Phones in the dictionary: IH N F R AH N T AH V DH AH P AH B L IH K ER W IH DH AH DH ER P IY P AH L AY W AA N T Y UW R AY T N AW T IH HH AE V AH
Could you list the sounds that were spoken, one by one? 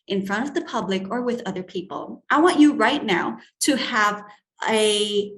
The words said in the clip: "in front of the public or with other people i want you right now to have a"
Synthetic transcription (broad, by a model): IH N F R AH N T AH V DH AH P AH B L IH K ER W IH DH AH DH ER P IY P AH L AY W AA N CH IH R AY T N AW T IH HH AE V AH